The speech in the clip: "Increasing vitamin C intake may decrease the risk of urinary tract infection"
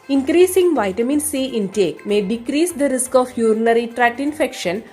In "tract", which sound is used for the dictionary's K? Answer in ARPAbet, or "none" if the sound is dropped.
none